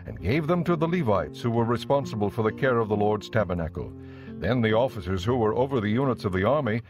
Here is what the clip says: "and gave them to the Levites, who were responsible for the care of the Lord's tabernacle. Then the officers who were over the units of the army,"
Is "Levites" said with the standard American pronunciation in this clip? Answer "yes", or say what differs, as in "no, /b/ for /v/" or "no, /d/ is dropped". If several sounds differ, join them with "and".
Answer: yes